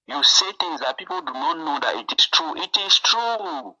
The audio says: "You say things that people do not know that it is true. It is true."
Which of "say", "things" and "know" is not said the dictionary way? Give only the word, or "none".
things